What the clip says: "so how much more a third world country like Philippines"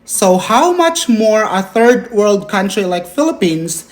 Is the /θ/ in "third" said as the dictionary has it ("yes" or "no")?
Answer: yes